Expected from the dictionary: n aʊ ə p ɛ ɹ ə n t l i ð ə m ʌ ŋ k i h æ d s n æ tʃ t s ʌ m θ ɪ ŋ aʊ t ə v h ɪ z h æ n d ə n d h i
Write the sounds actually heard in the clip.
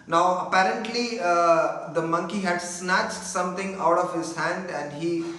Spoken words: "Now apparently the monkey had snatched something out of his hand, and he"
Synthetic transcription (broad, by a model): n aʊ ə p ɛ ɹ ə n t l i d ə m ʌ ŋ k i h æ d s n æ tʃ t s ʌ m t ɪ ŋ aʊ t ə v h ɪ z h æ n d ə n d h i